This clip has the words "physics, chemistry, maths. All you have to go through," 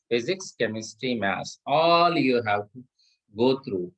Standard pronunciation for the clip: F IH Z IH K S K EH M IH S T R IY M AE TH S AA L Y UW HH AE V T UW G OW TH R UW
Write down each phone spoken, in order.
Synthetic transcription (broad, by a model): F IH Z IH K S K EH M IH S T R IY M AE S AA L Y UW HH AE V T UW G OW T R UW